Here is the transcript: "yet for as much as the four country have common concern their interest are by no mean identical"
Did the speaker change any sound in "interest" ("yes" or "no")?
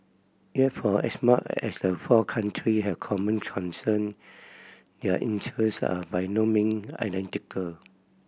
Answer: yes